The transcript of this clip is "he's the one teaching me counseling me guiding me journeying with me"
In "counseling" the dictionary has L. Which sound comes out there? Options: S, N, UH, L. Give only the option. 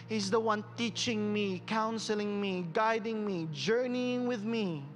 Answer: L